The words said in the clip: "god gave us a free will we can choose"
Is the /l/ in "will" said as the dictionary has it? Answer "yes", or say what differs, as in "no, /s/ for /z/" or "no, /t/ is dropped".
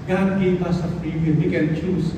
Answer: no, /n/ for /l/